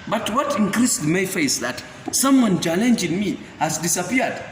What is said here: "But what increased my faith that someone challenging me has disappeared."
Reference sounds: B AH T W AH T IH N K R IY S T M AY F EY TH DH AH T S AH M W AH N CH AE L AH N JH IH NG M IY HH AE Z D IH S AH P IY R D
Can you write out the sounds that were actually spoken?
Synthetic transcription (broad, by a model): B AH T W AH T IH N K R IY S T M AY F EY S DH AH T S AH M W AH N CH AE L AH N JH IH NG M IY HH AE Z D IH S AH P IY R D